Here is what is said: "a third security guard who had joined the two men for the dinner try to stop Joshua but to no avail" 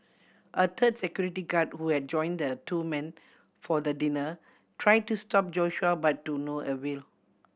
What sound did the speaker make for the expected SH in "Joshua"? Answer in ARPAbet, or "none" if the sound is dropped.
SH